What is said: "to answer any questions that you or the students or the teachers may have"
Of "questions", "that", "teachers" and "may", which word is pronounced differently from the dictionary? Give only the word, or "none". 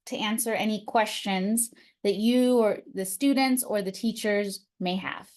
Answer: none